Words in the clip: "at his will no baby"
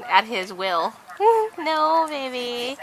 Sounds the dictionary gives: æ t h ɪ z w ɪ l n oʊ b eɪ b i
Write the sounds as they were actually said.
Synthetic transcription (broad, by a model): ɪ t h ɪ z w ɪ l n oʊ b eɪ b i